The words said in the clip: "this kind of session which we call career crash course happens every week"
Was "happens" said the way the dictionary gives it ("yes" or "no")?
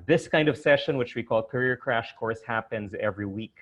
yes